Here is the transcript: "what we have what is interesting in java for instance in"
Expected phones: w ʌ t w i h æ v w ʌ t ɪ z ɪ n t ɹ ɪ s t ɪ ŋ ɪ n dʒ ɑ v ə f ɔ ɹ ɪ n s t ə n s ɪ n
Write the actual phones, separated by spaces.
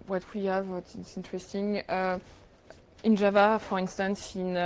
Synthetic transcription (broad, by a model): w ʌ t w i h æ v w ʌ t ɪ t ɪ n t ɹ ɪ s t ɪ ŋ ɪ n dʒ ɑ v ə f ɔ ɹ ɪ n s t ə n s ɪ n